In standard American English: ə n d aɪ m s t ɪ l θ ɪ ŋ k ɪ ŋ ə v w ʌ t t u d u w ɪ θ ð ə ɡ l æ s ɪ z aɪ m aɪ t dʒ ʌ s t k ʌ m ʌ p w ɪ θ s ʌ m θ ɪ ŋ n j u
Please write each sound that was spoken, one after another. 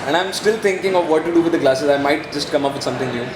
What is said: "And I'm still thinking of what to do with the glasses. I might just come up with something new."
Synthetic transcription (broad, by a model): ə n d aɪ m s t ɪ l t ɪ ŋ k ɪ ŋ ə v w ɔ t t u d u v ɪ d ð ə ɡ l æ s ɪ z aɪ m aɪ t dʒ ʌ s t k ʌ m ʌ p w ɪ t s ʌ m t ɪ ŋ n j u